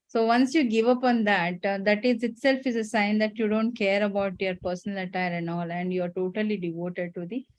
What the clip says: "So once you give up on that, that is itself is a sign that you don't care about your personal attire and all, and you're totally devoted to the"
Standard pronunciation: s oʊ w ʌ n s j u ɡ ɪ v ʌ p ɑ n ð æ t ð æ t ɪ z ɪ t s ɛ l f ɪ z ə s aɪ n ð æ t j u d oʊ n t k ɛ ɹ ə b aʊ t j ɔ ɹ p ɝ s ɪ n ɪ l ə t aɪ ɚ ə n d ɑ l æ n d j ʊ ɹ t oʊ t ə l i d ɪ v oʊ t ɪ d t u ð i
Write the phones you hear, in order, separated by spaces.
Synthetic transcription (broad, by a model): s oʊ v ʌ n s j u ɡ ɪ v ʌ p ɑ n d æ t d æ t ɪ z ɪ t s ɛ l f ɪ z ə s aɪ n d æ t j u d oʊ n t k ɛ ɹ ə b aʊ t j ɔ ɹ p ɝ s ɪ n ɪ l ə t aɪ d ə n ɑ l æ n d j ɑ ɹ t oʊ t ə l i d ɪ v oʊ t ɪ d t u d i